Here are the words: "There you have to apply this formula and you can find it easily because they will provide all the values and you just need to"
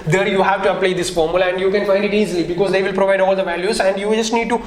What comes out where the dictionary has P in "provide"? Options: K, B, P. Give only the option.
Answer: P